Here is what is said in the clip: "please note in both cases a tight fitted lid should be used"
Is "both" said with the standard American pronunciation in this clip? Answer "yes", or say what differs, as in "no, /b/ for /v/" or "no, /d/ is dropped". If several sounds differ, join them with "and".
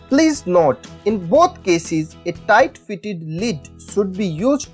no, /t/ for /θ/